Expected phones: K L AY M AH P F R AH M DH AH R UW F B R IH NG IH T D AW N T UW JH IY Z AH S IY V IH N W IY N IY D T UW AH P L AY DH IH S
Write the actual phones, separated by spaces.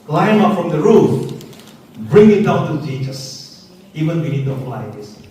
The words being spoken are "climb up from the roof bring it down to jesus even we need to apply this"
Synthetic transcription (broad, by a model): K L AY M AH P F R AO M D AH R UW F B R IH NG IH T D AW N T UW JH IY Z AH S IY V IH N W IY N IY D T UW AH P L AY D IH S